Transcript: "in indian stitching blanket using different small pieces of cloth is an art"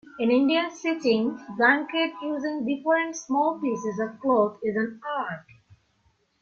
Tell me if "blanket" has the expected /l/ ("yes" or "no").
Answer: no